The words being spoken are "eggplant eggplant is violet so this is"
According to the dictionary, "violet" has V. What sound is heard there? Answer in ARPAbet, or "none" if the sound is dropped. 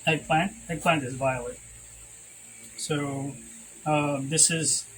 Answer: V